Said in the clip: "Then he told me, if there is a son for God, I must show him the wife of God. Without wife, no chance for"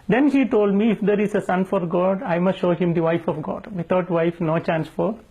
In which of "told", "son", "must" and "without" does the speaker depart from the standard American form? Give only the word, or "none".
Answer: without